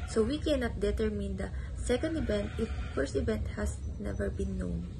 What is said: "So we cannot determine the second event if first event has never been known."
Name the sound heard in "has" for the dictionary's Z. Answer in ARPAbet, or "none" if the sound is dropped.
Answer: S